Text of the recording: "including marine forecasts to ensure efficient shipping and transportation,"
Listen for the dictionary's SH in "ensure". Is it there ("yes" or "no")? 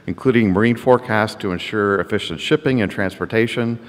yes